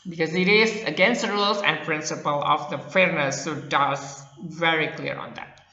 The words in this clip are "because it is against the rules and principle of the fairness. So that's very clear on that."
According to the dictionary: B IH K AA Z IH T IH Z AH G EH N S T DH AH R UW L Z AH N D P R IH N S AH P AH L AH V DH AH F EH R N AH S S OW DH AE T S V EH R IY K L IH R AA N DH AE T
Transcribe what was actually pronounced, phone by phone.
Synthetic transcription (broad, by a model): B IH K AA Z IH T IH Z AH G EH N S T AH R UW L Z AH N D P R IH N S AH P AH L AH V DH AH F EH R N AH S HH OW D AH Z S V EH R IY K L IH R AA N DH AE T